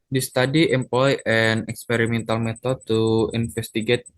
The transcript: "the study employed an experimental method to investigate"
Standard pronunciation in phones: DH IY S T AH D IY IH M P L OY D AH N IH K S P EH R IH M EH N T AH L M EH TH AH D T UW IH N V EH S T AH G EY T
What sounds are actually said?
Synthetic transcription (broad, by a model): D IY S T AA D IY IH M P L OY AH N IH K S P EH R IH M EH N T AH L M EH T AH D T UW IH N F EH S T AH G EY T